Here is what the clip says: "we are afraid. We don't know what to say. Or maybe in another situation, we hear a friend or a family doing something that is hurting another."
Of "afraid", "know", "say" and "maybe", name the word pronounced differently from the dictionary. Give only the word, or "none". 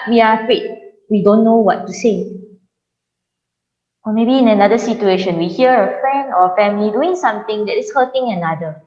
afraid